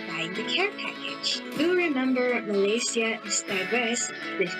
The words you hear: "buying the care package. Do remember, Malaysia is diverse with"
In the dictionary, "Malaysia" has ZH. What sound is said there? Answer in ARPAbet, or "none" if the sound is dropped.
S